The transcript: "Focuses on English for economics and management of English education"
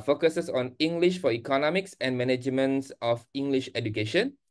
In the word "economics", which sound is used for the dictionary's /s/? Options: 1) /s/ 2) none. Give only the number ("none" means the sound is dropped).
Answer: 1